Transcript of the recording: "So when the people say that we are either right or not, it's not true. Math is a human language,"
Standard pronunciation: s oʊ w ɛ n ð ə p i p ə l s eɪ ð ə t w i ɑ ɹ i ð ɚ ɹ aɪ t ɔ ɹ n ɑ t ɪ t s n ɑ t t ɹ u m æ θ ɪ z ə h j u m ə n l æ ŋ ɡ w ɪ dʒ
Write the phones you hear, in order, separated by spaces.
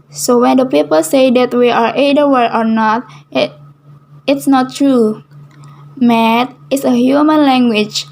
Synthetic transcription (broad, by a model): s oʊ w ɛ n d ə p i p ə l s eɪ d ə t w i ɑ ɹ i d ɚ w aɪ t ɔ ɹ n ɑ t ɪ t s n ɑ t t ɹ u m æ t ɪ s ə h j u m ə n l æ ŋ ɡ w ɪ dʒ